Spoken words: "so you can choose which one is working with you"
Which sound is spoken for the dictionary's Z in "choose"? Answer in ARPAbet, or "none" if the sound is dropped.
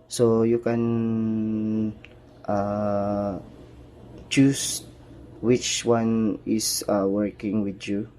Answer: S